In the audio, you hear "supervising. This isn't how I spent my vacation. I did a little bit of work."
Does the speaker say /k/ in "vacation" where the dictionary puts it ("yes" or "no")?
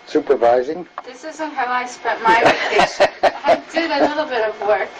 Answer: no